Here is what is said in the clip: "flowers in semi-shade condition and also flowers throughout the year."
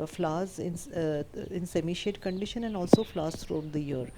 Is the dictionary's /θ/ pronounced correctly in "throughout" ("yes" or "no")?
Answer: no